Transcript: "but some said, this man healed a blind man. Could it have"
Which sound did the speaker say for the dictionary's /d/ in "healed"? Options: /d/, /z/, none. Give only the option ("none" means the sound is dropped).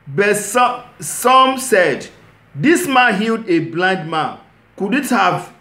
/d/